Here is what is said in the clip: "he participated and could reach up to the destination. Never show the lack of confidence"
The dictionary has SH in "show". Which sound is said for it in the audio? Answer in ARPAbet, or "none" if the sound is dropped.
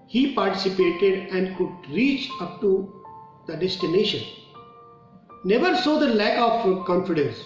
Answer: S